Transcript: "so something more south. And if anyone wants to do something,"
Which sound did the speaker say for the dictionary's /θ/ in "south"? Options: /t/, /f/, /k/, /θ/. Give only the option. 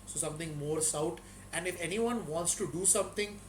/t/